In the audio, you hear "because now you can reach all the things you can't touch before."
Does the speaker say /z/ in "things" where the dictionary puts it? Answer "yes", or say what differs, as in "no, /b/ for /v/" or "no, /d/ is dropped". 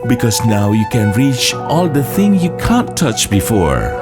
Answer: no, /z/ is dropped